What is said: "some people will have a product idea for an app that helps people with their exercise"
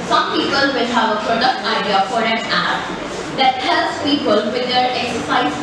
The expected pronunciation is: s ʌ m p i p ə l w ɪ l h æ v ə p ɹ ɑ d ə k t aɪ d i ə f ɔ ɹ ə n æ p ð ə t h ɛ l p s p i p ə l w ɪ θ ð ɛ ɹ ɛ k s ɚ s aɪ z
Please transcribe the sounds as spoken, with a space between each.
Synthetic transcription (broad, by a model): s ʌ m p i p ə l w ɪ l h æ v ə p ɹ ɑ d ə k t aɪ d i ə f ɔ ɹ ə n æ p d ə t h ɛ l s p i p ə l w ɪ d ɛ ɹ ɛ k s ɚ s aɪ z